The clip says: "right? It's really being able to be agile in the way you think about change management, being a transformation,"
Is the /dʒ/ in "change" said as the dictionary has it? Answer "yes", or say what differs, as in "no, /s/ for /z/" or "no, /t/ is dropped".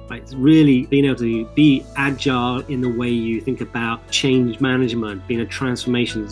yes